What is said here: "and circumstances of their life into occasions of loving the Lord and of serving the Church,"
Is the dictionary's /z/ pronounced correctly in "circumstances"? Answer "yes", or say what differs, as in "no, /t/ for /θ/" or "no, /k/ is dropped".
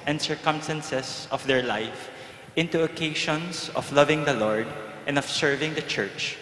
no, /s/ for /z/